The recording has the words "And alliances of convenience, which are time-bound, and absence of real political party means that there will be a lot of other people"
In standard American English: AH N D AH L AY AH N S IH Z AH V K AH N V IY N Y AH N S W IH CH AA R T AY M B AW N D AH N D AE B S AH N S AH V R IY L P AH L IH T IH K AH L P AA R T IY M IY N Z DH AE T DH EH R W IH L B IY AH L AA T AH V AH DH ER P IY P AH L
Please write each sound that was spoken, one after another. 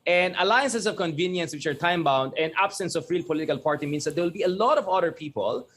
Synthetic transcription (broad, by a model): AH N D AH L AY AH N S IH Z AH V K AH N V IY N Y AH N S W IH CH AA R T AY M B AW N D AH N D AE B S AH N S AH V R IY L P AH L IH T IH K AH L P AA R T IY M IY N S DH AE T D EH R W IH L B IY AH L AA T AH V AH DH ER P IY P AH L